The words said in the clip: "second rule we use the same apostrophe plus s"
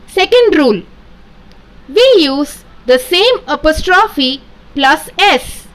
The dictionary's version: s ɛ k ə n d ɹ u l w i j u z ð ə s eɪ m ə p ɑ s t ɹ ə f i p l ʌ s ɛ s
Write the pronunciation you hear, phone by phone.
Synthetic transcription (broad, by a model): s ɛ k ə n d ɹ u l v i j u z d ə s eɪ m ə p ɑ s t ɹ ə f i p l ʌ s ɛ s